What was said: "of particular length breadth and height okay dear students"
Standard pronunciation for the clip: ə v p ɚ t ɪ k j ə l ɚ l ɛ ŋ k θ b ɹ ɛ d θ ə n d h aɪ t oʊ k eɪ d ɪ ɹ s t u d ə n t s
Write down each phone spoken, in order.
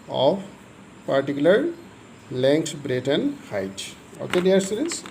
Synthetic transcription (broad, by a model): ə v p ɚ t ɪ k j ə l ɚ l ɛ ŋ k t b ɹ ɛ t ə n d h aɪ t oʊ k eɪ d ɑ ɹ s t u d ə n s